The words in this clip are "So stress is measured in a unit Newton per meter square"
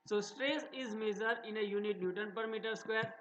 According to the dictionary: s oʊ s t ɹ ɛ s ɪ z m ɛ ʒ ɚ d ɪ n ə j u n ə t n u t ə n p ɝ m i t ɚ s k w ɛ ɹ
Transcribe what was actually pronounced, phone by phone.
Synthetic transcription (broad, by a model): s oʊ s t ɹ ɛ s ɪ z m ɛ z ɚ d ɪ n ə j u n ə t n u t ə n p ɝ m i t ɚ s k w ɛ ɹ